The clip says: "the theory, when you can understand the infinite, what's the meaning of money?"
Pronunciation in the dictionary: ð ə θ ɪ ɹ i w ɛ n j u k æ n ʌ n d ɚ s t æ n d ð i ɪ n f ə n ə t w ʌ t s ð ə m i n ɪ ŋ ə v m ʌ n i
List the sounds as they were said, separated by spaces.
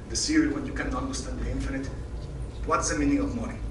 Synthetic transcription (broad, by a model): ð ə s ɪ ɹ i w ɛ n j u k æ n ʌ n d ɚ s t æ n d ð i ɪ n f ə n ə t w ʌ t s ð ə m i n ɪ ŋ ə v m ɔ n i